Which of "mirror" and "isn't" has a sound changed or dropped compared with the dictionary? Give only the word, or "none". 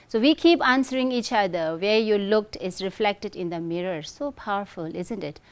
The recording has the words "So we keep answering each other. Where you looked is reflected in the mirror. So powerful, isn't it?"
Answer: none